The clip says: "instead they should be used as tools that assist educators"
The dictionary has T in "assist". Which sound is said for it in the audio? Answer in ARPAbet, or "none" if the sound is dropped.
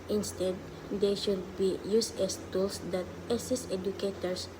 none